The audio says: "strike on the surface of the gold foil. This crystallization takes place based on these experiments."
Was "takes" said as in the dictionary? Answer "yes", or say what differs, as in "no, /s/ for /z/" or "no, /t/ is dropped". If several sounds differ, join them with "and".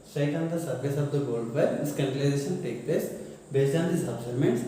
no, /s/ is dropped